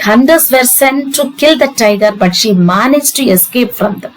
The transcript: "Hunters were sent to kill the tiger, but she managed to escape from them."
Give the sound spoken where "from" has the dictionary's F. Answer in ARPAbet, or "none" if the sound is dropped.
F